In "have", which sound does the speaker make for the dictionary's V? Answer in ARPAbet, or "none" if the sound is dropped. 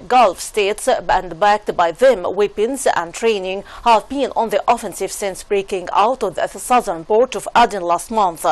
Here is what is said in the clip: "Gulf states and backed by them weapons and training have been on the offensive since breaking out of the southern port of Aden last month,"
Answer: V